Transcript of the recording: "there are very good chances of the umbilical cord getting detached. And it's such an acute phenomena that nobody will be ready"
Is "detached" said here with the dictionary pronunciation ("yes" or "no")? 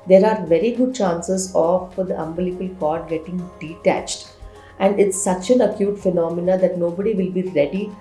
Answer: yes